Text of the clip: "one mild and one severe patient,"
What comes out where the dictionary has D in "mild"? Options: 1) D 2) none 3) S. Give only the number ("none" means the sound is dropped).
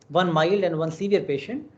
1